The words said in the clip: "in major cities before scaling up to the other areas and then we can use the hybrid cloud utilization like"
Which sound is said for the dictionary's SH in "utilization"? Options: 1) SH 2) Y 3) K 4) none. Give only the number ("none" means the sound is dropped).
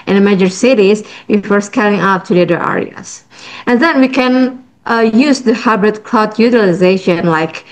1